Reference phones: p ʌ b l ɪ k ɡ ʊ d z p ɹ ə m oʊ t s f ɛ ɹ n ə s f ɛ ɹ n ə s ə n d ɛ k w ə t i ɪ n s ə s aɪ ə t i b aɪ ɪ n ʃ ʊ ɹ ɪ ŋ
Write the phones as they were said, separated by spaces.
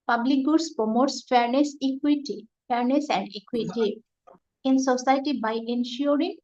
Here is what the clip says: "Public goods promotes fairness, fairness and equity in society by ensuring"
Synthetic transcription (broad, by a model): p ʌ b l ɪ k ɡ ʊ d s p ə m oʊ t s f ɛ ɹ n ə s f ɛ ɹ n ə s ə n d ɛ k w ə t i ɪ n s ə s aɪ t i b aɪ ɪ n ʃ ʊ ɹ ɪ ŋ